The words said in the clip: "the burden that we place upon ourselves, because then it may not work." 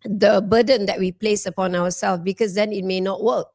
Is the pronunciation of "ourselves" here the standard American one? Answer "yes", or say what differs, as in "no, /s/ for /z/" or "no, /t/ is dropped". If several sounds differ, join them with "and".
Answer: no, /w/ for /ɹ/